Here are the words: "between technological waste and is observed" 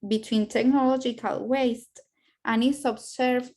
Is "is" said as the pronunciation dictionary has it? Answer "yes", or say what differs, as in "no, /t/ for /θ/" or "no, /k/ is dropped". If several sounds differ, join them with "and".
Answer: no, /s/ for /z/